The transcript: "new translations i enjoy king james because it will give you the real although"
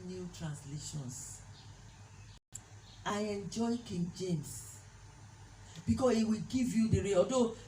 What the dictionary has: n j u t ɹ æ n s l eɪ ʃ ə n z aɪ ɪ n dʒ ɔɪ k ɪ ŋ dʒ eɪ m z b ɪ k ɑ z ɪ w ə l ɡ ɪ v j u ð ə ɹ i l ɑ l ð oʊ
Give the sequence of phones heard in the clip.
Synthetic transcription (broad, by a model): n j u t ɹ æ n s l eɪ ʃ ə n s aɪ ɪ n dʒ ɔɪ k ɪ ŋ dʒ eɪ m s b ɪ k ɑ s ɪ w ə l ɡ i v j u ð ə ɹ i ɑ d oʊ